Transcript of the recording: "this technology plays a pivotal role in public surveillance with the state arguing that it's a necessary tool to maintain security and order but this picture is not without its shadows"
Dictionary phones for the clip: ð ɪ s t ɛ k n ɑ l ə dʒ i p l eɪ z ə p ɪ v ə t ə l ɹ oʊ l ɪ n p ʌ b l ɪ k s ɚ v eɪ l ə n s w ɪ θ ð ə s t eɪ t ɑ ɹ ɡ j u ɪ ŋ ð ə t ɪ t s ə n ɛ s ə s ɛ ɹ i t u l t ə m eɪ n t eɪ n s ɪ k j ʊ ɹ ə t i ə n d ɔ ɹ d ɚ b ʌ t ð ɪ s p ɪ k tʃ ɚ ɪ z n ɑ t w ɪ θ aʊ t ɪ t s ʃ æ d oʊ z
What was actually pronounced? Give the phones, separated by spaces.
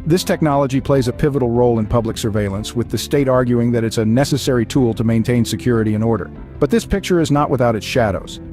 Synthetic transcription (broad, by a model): ð ɪ s t ɛ k n ɑ l ə dʒ i p l eɪ z ə p ɪ v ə t l ɹ oʊ l ɪ n p ʌ b l ɪ k s ɚ v eɪ l ə n s w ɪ ð ə s t eɪ t ɑ ɹ ɡ j u ɪ ŋ ð ə t ɪ t s ə n ɛ s ə s ɛ ɹ i t u l t ə m eɪ n t eɪ n s ɪ k j ʊ ɹ ə t i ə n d ɔ ɹ d ɚ b ʌ t ð ɪ s p ɪ k tʃ ɚ ɪ z n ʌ t w ɪ θ aʊ t ɪ t s ʃ æ d oʊ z